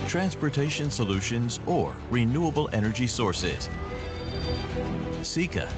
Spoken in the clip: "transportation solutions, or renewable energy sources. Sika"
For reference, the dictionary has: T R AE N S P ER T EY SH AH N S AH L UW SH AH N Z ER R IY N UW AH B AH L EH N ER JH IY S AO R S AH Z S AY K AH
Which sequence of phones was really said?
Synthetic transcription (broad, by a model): T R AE N S P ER T EY SH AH N S AH L UW SH AH N Z ER R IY N UW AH B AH L EH N ER JH IY S AO R S AH Z S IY K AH